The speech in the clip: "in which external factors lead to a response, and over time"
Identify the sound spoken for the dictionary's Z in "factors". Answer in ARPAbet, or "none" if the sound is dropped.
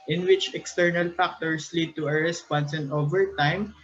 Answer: S